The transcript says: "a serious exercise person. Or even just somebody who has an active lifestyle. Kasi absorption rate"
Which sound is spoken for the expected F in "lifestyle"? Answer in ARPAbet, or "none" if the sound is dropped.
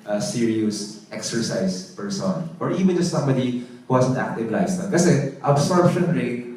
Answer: none